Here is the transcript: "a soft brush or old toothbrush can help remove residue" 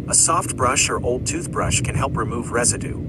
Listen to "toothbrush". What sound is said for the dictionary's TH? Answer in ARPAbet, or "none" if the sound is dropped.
TH